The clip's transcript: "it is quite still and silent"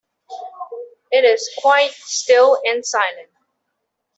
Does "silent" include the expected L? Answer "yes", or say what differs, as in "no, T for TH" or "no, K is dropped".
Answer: no, N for L